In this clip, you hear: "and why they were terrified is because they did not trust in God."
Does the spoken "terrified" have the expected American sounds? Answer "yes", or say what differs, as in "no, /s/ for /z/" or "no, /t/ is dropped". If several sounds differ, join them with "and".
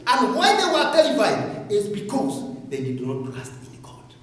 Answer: no, /l/ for /ɹ/